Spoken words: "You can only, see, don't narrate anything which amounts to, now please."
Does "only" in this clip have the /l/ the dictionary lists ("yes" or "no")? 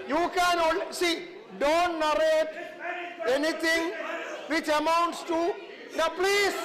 no